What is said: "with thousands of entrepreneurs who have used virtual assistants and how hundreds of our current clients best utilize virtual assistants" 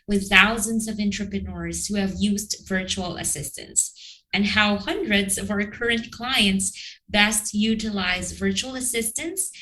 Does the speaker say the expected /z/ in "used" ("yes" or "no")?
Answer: yes